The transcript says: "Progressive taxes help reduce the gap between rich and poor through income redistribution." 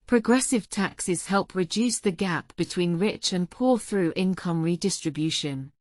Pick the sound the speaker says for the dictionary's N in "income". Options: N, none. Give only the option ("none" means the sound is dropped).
N